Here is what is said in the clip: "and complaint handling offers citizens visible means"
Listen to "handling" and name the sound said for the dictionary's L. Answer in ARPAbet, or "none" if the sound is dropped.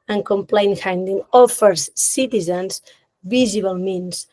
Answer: none